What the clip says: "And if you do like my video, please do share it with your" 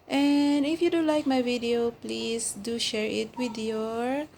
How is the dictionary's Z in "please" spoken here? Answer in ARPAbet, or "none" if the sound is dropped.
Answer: S